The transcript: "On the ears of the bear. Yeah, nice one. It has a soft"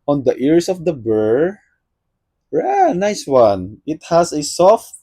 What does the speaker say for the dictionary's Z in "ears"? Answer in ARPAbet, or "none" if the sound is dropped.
S